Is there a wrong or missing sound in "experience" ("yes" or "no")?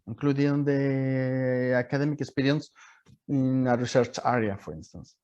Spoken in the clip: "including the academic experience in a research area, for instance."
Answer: yes